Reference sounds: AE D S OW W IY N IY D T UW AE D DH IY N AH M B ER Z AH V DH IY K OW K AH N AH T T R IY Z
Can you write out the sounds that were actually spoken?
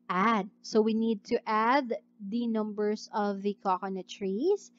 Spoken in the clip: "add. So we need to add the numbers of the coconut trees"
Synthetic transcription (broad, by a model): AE D S OW W IY N IY D T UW AE D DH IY N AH M B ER S AH V DH IY K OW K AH N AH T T R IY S